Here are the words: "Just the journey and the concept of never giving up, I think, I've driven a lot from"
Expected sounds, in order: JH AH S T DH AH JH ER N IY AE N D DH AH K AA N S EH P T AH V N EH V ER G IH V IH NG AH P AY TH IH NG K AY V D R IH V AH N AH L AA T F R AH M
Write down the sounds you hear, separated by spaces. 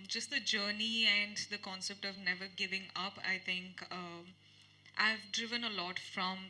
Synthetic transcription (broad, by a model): JH AH S T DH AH JH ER N IY AE N D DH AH K AA N S EH P T AH V N EH V ER G IH V IH NG AH P AY T IH NG K AY V D R IH V AH N AH L AA T F R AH M